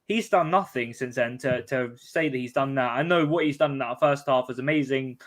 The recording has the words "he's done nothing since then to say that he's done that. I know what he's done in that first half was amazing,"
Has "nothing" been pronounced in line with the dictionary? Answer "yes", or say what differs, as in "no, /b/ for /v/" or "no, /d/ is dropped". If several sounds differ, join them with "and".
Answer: yes